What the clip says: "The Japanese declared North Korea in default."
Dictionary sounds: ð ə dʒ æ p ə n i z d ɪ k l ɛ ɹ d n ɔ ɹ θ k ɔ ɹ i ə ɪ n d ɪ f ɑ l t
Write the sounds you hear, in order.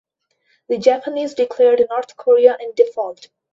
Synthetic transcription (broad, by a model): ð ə dʒ æ p ə n i z d ɪ k l ɛ ɹ d n ɔ ɹ t k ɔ ɹ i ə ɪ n d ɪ f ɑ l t